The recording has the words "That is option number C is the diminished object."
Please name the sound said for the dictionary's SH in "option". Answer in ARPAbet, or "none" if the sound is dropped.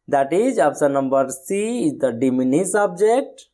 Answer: S